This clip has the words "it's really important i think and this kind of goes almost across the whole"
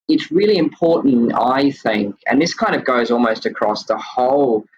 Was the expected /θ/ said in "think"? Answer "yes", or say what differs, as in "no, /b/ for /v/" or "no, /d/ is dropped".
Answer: yes